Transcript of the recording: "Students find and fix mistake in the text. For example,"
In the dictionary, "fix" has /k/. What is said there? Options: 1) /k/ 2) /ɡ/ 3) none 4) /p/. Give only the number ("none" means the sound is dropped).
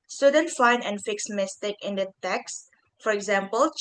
1